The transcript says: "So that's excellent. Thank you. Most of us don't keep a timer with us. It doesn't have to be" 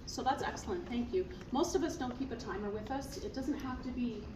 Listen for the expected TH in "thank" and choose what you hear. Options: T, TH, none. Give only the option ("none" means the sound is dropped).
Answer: TH